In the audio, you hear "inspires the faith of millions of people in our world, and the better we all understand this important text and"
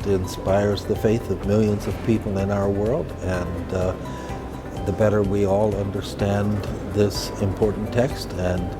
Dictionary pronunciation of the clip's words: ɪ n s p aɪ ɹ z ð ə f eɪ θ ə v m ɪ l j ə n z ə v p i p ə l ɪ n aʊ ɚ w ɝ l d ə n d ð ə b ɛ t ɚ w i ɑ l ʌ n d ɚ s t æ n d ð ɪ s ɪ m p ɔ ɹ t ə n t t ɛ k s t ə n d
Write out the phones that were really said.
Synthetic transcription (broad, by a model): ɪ n s p aɪ ɹ z ð ə f eɪ θ ə v m ɪ l j ə n z ə v p i p l ɪ n aʊ ɚ w ɝ l d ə n ð ə b ɛ t ɚ w i ɑ l ʌ n d ɚ s t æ n ð ɪ s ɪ m p ɔ ɹ t n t t ɛ k s t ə n